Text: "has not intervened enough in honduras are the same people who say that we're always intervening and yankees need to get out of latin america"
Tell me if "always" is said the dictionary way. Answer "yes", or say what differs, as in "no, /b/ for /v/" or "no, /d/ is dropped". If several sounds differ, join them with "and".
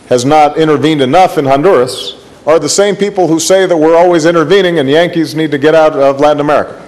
yes